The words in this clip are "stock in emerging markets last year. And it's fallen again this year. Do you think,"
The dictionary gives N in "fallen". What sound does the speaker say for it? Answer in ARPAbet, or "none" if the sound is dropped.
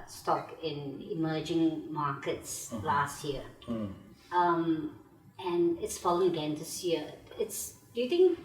none